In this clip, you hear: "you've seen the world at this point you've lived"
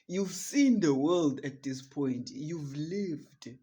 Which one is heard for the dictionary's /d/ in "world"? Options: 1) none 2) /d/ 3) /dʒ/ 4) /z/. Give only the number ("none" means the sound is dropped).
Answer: 2